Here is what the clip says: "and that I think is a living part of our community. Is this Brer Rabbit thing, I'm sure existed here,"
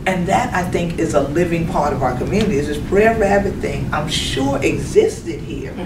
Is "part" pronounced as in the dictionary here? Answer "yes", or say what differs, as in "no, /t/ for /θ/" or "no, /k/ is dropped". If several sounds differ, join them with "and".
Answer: yes